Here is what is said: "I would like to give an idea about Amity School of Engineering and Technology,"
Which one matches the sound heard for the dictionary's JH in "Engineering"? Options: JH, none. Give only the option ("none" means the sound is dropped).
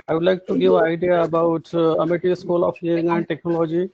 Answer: none